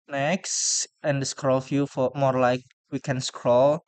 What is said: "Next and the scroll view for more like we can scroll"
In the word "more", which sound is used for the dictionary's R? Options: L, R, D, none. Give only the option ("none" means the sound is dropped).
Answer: R